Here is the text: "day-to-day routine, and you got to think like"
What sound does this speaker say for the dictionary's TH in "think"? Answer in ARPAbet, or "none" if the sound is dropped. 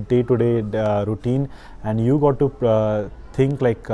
T